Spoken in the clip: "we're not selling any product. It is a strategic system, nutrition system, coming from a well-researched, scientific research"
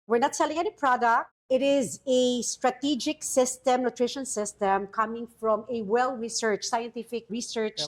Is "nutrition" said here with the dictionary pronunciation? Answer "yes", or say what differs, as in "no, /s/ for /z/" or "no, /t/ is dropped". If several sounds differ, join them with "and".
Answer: yes